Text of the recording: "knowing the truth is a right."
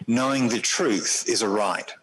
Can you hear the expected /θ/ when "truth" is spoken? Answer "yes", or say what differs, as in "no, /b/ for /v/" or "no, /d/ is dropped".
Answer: yes